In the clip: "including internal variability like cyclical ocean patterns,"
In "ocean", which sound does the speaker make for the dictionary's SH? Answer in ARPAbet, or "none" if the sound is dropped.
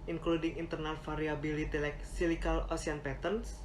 S